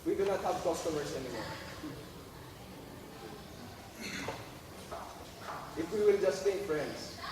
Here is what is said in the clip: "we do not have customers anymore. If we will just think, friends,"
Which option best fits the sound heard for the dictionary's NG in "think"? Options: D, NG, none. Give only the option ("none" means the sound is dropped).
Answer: none